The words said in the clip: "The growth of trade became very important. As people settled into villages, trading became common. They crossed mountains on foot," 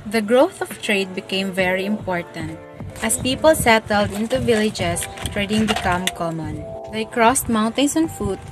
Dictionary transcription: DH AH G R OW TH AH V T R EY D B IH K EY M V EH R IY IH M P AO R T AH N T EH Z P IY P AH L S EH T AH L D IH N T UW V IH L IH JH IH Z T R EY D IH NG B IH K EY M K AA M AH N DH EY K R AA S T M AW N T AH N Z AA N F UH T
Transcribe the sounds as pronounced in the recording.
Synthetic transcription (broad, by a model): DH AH G R OW TH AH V T R EY D B IH K EY M V EH R IY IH M P AO R T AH N T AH S P IY P AH L S EH T AH L D IH N T UW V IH L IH JH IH S T R EY D IH NG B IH K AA M K AA M AH N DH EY K R AA S T M AW N T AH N S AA N F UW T